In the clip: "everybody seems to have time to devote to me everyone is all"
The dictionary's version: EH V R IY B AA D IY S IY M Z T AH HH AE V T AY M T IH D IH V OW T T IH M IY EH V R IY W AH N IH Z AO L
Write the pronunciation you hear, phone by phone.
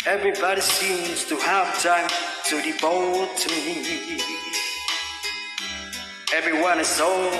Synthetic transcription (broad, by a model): EH V R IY B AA D IY S IY M Z T AH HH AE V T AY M T IH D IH B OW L T IH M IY EH V R IY W AH N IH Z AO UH